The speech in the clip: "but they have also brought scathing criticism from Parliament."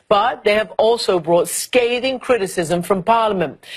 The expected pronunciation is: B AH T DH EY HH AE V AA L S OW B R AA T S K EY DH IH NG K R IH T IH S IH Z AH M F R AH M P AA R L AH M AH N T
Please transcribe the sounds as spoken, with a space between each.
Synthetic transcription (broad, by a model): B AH T DH EY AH V AA L S OW B R AA T S K EY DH IH NG K R IH T IH S IH Z AH M F R AH M P AA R L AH M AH N T